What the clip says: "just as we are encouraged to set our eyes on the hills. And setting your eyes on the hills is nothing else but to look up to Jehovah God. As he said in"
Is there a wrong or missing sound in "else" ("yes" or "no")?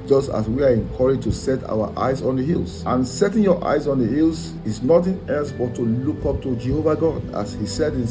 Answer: yes